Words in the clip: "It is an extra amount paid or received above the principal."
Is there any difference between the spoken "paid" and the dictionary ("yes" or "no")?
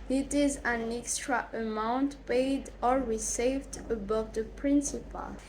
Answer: no